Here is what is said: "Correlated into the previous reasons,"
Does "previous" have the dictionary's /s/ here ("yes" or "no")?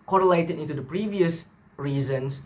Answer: yes